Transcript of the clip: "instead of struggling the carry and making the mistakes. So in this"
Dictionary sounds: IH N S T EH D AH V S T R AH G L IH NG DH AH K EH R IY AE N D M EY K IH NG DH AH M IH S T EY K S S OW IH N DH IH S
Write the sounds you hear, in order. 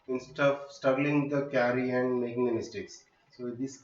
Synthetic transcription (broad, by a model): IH N S T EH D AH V S T AH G L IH NG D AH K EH R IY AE N D M EY K IH NG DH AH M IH S T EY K S S OW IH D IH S